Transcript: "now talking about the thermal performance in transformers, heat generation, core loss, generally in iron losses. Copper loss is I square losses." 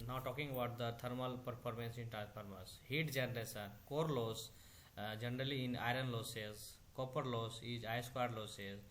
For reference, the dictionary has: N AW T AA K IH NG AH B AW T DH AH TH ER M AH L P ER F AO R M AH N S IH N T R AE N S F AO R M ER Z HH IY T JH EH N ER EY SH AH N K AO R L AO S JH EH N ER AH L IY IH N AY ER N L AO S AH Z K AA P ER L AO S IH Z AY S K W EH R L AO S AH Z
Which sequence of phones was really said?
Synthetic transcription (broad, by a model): N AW T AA K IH NG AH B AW T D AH T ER M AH L P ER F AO R M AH N S IH N T R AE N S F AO R M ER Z HH IY T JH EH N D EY S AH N K AO R L AO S JH EH N ER AH L IY IH N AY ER N L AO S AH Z K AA P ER L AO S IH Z AY S K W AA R L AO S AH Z